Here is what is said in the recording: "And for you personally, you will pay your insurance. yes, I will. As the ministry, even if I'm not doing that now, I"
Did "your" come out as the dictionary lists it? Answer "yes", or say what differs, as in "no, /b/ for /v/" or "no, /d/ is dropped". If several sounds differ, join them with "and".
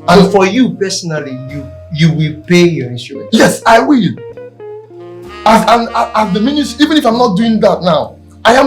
yes